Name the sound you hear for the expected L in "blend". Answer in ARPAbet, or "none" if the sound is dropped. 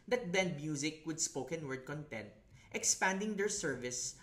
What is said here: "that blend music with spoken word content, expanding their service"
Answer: none